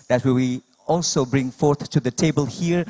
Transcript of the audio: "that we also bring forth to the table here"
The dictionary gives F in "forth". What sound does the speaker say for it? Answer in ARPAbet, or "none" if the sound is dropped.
F